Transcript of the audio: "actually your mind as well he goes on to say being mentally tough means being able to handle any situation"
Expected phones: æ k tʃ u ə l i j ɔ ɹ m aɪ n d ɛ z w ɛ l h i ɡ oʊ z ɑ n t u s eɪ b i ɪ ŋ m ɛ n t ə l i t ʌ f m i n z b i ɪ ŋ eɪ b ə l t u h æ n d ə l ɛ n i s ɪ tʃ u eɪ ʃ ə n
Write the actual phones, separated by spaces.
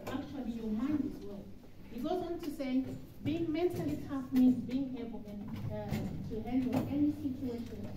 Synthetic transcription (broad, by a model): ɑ k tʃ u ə l i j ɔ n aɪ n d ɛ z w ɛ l h i ɡ oʊ z ɑ n t u s eɪ b i ɪ ŋ m ɛ n t ə l i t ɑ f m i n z b i ɪ ŋ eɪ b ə n t u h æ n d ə n ɛ n i s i tʃ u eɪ ʃ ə n